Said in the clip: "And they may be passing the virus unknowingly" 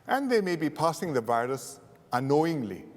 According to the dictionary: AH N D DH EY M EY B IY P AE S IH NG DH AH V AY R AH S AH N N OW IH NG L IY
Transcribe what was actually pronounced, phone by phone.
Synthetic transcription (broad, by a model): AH N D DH EY M EY B IY P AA S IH NG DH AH V AY R AH S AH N N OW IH NG L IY